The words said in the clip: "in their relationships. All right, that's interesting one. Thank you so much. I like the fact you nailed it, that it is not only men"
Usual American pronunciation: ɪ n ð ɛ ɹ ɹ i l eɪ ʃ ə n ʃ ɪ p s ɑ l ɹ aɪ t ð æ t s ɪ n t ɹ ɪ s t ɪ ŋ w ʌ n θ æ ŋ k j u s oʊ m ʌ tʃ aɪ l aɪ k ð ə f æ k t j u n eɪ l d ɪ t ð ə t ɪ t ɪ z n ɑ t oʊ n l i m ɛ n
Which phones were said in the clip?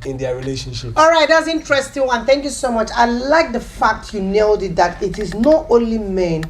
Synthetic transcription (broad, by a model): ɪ n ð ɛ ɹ ɹ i l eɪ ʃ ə n ʃ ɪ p ɑ l ɹ aɪ t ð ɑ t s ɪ n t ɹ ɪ s t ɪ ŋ w ʌ n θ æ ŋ k j u s oʊ m ʌ tʃ aɪ l aɪ k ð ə f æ k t j u n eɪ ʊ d ɪ t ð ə t ɪ t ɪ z n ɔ t oʊ n l i m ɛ n